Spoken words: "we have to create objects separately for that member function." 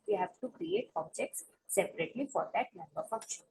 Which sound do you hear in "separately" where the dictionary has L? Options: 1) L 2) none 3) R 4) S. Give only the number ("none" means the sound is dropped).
1